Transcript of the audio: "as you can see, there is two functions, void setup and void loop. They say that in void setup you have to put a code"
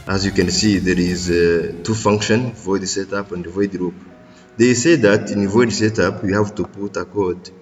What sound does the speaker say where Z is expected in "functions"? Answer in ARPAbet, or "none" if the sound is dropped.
none